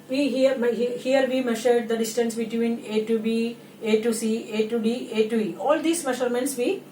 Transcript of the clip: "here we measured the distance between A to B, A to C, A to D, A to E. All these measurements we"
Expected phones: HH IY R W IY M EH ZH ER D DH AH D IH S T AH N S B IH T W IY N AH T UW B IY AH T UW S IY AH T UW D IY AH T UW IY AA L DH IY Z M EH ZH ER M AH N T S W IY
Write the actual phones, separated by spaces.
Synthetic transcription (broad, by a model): HH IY R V IY M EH SH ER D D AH D IH S T AH N S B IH T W IY N AH T UW B IY AH T UW S IY AH T UW D IY AH T UW IY AA L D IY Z M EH SH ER M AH N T S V IY